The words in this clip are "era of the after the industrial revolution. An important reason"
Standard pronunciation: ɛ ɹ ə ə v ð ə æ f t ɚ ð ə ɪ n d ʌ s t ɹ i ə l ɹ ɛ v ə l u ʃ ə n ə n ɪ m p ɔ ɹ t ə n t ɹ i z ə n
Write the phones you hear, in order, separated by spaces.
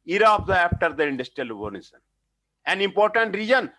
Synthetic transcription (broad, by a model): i ɹ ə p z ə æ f t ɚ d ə ɪ n d ʌ s t ɹ i ə l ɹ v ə n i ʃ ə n ə n ɪ m p ɔ ɹ t ə n t ɹ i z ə n